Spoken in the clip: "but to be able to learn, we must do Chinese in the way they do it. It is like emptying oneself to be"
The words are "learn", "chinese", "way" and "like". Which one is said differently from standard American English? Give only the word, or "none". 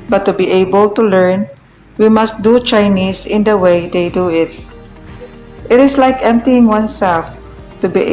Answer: chinese